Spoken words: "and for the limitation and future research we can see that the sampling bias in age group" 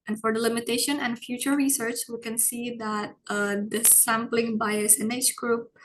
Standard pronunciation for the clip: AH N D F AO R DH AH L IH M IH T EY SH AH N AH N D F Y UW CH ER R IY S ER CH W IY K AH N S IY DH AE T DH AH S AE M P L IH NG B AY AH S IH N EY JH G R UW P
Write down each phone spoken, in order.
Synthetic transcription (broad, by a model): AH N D F AO R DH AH L IH M IH T EY SH AH N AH N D F Y UW CH ER R IY S ER CH W IY K AH N S IY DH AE T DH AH S AE M P L IH NG B AY AH S IH N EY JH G R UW P